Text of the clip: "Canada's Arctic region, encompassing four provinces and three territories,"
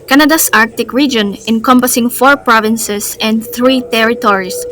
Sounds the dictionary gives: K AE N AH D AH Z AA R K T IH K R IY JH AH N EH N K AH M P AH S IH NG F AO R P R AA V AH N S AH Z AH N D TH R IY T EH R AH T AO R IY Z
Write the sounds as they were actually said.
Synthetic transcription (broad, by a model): K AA N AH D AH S AA R K T IH K R IY JH AH N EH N K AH M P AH S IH NG F AO R P R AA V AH N S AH S AH N D TH R IY T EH R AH T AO R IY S